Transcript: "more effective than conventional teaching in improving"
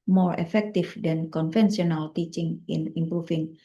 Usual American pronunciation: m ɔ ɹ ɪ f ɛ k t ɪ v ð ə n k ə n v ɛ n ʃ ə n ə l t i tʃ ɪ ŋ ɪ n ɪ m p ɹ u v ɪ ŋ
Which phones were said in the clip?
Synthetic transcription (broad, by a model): m ɔ ɹ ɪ f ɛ k t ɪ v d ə n k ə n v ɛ n s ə n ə l t i tʃ ɪ ŋ ɪ n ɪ m p ɹ u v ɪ ŋ